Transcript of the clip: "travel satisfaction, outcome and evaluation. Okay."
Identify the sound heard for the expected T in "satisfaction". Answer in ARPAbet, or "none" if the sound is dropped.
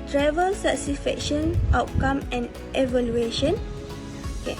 S